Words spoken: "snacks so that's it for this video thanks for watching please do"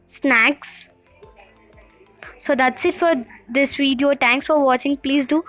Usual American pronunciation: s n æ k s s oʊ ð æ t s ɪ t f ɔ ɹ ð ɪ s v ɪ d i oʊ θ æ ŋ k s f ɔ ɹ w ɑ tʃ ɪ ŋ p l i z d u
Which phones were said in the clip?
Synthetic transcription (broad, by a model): s n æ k s s oʊ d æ t s ɪ t f ɔ ɹ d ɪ s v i d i oʊ t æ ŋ k s f ɔ ɹ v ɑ tʃ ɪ ŋ p l i z d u